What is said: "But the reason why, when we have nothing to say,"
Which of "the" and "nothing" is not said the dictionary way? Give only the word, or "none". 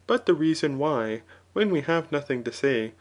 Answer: none